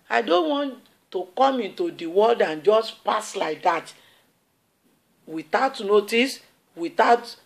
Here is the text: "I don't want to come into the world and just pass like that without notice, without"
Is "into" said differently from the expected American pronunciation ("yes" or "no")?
no